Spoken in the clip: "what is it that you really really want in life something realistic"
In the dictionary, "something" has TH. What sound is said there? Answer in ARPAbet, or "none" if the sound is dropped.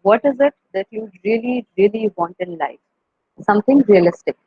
T